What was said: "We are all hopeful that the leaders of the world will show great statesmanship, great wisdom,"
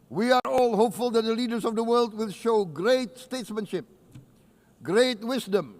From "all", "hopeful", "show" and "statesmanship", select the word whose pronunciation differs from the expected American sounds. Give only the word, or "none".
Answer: none